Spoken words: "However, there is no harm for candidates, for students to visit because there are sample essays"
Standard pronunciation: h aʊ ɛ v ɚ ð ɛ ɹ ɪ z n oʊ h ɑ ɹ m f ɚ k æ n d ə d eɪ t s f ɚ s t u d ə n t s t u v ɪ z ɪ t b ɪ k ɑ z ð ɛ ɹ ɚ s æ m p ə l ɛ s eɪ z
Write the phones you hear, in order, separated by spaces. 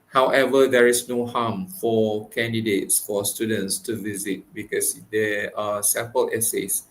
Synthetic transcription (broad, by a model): h aʊ ɛ v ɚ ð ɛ ɹ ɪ s n oʊ h ɑ m f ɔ k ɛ n d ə d eɪ t s f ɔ s t u d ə n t s t u v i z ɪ t b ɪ k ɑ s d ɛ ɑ s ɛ p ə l ɛ s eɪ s